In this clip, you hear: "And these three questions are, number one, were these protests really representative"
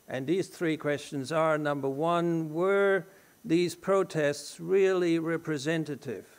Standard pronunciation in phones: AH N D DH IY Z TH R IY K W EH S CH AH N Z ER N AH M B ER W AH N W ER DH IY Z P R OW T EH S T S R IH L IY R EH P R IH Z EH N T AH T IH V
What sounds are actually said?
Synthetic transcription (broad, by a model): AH N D DH IY Z TH R IY K W EH S CH AH N Z ER N AH M B ER W AH N W ER DH IY Z P R OW T EH S T S R IH L IY R EH P R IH Z EH N T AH T IH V